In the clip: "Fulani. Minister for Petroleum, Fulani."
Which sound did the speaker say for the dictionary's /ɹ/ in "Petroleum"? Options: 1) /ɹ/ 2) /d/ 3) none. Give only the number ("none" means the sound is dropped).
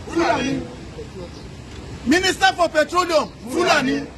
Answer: 1